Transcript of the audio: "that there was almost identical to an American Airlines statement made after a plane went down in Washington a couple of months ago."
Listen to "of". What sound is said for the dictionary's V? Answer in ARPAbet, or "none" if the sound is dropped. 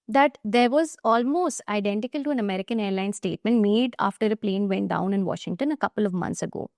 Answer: V